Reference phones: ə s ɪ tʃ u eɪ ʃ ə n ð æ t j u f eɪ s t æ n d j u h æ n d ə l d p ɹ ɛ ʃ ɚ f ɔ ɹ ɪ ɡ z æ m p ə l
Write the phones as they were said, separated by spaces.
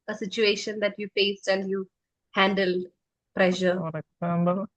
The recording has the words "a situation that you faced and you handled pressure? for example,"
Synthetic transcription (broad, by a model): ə s ɪ tʃ u eɪ ʃ ə n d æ t j u p eɪ s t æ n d j u h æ n d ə l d p ɹ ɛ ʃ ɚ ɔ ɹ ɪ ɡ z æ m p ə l